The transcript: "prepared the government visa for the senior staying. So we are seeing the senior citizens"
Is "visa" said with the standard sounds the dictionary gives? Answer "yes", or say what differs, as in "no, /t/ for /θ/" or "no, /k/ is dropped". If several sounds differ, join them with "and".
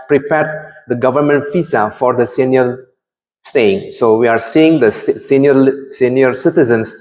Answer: no, /f/ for /v/